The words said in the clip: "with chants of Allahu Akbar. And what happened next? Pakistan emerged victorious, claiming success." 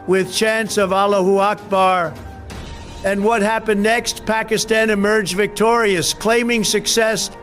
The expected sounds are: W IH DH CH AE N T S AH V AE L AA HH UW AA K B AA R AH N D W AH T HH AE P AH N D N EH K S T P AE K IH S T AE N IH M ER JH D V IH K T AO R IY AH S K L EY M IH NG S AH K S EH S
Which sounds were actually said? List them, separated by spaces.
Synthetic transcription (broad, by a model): W IH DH CH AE N S AH V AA L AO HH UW AA K B AA R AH N W AH T HH AE P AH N N EH K S T P AE K IH S T AE N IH M ER JH V IH K T AO R IY AH S K L EY M IH NG S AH K S EH S